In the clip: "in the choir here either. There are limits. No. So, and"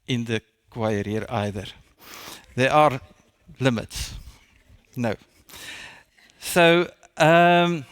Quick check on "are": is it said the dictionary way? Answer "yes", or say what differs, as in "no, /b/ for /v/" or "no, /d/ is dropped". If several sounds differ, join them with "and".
yes